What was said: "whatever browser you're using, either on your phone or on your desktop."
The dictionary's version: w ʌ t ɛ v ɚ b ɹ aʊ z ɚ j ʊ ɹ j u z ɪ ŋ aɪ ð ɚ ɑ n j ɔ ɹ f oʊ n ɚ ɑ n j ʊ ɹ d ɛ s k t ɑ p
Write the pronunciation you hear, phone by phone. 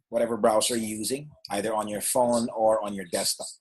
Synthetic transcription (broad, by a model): w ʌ t ɛ v ɚ b ɹ aʊ s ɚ j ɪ j u z ɪ ŋ aɪ ð ɚ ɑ n j ɔ ɹ f oʊ n ɚ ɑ n j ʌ ɹ d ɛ s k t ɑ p